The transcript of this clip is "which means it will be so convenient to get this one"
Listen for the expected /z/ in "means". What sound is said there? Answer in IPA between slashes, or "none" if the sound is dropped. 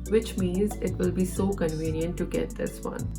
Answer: /z/